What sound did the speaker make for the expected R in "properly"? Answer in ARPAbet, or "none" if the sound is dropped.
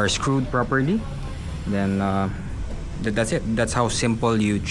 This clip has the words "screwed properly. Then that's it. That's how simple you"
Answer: R